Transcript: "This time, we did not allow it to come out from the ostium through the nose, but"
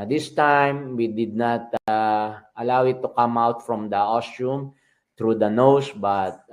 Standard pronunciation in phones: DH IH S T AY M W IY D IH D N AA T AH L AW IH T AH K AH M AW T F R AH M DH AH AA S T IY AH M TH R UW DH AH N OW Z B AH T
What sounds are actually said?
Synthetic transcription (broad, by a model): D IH S T AY M W IY D IH D N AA T AH L AW IH T AH K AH M AW T F R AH M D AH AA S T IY M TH R UW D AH N OW S B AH T